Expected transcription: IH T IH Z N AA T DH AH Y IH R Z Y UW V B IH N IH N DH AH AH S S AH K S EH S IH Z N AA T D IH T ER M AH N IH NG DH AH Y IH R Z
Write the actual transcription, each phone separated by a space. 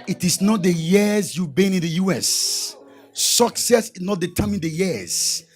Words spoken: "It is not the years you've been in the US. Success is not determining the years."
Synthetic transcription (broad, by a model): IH T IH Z N AA T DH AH Y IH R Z Y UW B IH N IH N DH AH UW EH S AH K S EH S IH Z N AA T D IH T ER M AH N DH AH Y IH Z